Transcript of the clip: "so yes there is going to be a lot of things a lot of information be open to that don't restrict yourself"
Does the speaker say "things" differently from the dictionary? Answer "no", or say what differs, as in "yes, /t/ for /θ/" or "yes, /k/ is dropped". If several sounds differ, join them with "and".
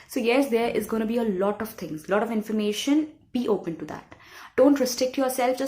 yes, /t/ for /θ/